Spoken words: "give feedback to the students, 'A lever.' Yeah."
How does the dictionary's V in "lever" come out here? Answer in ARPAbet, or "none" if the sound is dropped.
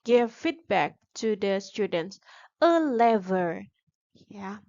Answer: V